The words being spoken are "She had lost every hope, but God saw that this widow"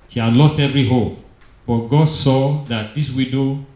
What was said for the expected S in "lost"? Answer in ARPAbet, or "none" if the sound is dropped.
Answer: S